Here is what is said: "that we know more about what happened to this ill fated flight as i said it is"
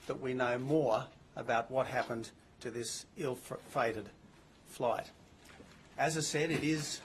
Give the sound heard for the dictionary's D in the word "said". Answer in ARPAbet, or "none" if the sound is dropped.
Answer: D